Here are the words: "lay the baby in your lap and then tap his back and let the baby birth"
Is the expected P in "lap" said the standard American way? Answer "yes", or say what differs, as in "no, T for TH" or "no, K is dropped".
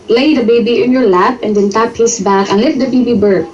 yes